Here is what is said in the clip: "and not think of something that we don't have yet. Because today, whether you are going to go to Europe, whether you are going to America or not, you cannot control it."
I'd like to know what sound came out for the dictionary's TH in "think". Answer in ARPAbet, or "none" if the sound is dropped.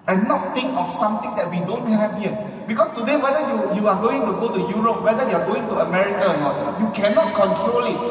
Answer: T